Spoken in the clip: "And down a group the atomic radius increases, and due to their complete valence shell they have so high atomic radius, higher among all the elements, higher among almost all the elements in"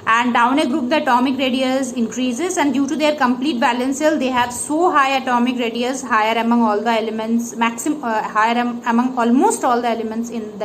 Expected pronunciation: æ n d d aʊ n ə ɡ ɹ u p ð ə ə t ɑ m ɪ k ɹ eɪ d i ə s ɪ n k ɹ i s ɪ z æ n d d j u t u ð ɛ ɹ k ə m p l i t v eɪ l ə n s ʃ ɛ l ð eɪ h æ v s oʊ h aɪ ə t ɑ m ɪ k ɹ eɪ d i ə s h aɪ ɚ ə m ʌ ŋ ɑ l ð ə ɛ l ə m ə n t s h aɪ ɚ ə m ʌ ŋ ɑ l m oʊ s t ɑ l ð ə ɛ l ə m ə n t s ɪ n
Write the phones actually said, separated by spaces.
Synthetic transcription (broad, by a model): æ n d d aʊ n ə ɡ ɹ u p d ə ə t ɑ m ɪ k ɹ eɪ d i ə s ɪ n k ɹ i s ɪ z æ n d d j u t u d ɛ ɹ k ə m p l i t b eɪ l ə n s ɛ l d eɪ h æ v s oʊ h aɪ ə t ɑ m ɪ k ɹ eɪ d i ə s h aɪ ɚ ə m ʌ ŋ ɑ l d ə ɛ l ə m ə n t s h aɪ ɚ ə m ʌ ŋ ɑ l m oʊ s t ɑ l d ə ɛ l ə m ə n t s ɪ n